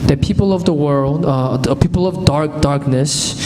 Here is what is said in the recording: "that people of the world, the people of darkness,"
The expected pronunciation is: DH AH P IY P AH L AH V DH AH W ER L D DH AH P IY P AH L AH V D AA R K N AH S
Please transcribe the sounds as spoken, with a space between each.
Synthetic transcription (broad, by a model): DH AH P IY P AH L AH V DH AH W ER L D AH P IY P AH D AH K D AA R K N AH S